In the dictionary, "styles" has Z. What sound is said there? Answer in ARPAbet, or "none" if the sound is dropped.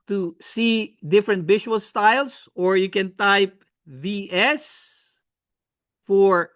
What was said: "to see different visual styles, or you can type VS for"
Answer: S